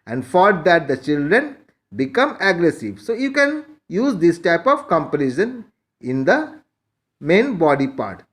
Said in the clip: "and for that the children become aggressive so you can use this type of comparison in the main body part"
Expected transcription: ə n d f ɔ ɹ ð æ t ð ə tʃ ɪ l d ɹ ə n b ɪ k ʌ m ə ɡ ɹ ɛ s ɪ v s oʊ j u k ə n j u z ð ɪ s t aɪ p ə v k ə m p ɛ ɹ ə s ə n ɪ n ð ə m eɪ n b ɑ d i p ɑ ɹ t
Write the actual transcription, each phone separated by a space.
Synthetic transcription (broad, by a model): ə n d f ɔ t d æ t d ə tʃ ɪ l d ɹ ə n b ɪ k ʌ m ə ɡ ɹ ɛ s ɪ v s oʊ j u k ə n j u z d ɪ s t aɪ p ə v k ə m p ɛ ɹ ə ʃ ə n ɪ n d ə m eɪ n b ɑ d i p ɑ ɹ t